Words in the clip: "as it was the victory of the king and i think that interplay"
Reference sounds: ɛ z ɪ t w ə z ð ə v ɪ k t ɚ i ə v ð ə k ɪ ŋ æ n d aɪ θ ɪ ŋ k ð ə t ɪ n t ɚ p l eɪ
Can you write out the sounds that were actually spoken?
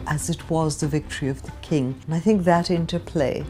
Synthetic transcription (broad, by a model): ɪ z ɪ t w ə z ð ə v ɪ k t ɚ i ə v ð ə k ɪ ŋ n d aɪ θ ɪ ŋ k ð ə t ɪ n t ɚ p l eɪ